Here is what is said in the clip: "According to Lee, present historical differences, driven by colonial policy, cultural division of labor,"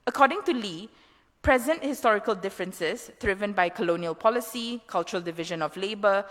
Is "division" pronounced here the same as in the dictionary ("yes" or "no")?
yes